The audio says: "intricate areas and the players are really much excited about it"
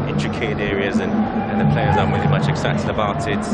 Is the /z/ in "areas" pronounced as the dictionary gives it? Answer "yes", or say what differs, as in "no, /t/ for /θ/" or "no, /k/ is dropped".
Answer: yes